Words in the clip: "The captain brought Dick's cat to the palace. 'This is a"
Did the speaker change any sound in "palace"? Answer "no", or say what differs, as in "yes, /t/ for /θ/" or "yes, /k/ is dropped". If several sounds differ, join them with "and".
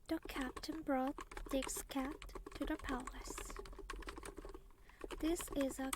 no